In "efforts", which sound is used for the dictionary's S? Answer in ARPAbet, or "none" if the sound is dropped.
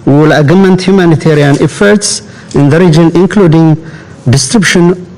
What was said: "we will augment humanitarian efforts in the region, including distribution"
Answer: S